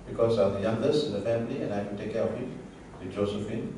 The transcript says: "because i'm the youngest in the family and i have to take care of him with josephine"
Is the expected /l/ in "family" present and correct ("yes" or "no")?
yes